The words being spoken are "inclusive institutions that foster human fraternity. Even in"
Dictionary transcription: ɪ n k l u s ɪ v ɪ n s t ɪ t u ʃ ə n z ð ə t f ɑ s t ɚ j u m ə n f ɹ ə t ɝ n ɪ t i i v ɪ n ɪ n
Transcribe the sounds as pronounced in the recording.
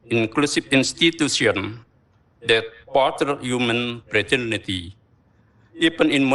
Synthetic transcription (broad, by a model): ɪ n k l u s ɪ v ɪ n s t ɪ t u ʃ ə n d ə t p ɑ t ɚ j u m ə n p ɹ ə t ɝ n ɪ t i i p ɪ n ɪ n